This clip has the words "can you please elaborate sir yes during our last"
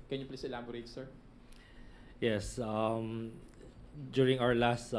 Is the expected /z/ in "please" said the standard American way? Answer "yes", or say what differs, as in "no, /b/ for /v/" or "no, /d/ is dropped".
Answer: no, /s/ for /z/